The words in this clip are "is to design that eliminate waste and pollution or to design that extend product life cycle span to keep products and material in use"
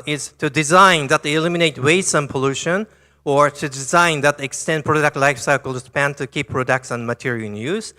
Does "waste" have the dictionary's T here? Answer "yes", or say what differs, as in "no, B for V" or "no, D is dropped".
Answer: no, T is dropped